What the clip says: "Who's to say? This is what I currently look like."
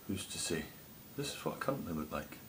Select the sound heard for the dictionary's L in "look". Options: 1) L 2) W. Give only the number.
2